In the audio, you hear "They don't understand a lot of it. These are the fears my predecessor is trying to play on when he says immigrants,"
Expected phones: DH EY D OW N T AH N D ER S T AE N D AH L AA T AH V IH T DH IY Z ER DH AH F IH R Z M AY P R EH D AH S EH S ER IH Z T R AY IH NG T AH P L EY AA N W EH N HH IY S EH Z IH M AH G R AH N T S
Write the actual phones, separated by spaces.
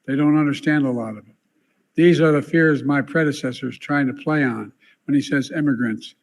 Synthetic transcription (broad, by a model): DH EY D OW N T AH N D ER S T AE N D AH L AA T AH V IH T DH IY Z ER DH AH F IH R Z M AY P R EH D AH S EH S ER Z T R AY IH NG T AH P L EY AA N W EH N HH IY S EH Z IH M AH G R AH N T S